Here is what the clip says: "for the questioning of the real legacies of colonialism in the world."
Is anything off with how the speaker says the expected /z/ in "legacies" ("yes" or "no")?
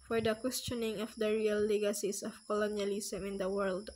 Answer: yes